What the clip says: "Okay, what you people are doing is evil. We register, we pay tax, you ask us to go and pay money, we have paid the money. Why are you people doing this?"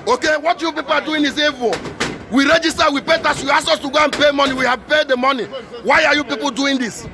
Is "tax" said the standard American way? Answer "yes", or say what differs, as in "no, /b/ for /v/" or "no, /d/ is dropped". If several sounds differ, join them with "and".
no, /k/ is dropped